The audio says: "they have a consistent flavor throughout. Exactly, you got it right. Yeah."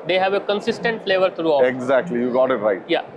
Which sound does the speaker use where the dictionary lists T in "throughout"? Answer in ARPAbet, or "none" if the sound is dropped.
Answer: none